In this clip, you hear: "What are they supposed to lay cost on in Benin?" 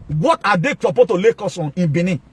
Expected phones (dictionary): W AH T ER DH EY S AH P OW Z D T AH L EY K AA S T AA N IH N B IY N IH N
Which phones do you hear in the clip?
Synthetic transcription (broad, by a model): W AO T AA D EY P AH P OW T AH L EY K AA S AA N IH N B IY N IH